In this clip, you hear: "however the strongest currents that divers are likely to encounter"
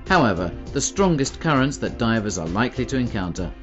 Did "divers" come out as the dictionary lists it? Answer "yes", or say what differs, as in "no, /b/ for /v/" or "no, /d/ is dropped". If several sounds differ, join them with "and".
yes